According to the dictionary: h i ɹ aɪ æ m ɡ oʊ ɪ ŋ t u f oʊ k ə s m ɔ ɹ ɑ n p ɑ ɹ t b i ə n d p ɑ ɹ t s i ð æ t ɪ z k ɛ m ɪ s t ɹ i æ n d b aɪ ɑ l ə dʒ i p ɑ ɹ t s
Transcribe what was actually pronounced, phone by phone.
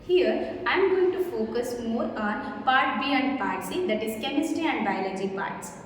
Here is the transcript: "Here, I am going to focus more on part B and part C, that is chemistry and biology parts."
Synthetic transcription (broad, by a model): h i ɹ aɪ m ɡ oʊ ɪ ŋ t u f oʊ k ə s m ɔ ɹ ɑ n p ɑ ɹ t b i ə n d p ɑ ɹ t s i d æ t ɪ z k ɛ m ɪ s t i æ n d b aɪ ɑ l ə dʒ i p ɑ ɹ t s